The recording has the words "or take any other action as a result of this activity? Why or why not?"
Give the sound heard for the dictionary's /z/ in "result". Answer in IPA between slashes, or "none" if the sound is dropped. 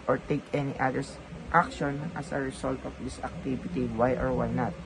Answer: /s/